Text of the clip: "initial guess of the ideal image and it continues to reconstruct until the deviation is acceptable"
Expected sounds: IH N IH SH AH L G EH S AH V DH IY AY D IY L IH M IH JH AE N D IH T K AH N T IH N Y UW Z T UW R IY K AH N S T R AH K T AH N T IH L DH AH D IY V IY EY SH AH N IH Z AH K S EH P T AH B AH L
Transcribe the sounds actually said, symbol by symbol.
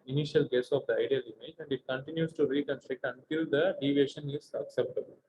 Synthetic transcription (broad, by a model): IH N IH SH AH L G EH S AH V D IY AY D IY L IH M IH JH AE N D IH T K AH N T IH N Y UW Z T UW R IY K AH N S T R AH K T AH N T IH L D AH D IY V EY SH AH N IH Z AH K S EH P T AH B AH L